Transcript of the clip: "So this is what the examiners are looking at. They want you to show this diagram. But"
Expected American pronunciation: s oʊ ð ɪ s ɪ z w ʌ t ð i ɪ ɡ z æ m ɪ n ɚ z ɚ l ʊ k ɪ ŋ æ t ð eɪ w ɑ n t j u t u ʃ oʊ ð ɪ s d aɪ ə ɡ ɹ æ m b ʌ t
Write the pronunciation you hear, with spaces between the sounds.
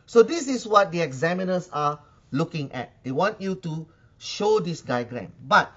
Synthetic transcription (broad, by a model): s oʊ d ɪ s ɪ s w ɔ t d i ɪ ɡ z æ m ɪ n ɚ s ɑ l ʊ k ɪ ŋ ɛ t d eɪ w ɑ n t j u t u ʃ oʊ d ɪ s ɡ aɪ ɡ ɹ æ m b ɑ t